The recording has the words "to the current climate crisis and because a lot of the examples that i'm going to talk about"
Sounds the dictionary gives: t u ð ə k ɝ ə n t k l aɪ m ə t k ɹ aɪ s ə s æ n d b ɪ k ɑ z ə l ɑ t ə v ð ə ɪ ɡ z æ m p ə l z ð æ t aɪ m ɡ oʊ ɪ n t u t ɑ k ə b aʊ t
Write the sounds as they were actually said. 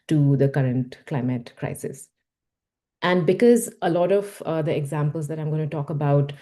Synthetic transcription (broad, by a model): t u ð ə k ɝ ə n t k l aɪ m ə t k ɹ aɪ s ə s æ n d b ɪ k ɑ z ə l ɑ t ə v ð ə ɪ ɡ z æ m p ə l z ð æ t aɪ m ɡ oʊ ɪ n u t ɑ k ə b aʊ t